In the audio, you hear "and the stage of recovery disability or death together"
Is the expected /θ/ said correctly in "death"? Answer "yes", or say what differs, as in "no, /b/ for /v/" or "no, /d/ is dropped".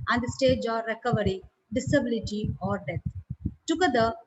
no, /t/ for /θ/